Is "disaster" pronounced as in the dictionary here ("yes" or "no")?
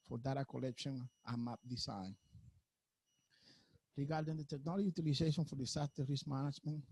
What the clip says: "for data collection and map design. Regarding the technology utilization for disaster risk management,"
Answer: no